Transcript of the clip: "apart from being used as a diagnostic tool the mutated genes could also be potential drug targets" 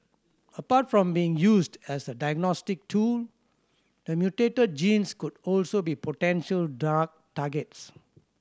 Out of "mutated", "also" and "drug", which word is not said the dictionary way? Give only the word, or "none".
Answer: drug